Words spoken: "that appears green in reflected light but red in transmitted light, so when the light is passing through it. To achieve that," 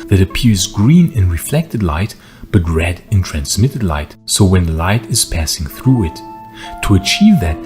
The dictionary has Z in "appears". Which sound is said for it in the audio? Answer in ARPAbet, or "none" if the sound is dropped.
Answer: Z